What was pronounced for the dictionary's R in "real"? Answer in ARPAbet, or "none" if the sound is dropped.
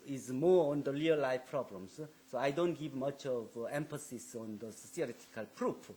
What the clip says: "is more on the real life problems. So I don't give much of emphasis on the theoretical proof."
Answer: L